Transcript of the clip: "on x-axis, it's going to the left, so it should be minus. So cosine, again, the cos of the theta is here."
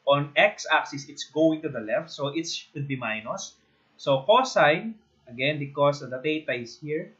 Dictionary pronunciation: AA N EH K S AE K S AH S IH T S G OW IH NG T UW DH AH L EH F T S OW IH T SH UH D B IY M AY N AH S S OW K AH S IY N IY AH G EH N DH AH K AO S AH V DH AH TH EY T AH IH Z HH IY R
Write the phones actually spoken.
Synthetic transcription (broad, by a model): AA N EH K S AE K S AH S IH T S G OW IH NG T UW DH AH L EH F T S OW IH T S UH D B IY M AY N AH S S OW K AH S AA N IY AH G EH N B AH K AO S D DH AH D EY T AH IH S HH IY R